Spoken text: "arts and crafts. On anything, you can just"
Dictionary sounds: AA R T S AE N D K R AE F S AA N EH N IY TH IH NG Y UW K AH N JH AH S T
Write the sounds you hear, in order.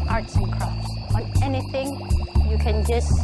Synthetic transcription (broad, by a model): AA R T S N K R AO S AA N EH N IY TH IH NG Y UW K AH N JH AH S